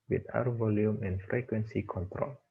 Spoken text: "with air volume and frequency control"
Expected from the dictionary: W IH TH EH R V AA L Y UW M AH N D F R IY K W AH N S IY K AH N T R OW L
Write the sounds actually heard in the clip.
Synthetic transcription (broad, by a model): W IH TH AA W V AA L Y UW M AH N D F R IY K W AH N S IY K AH N T R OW L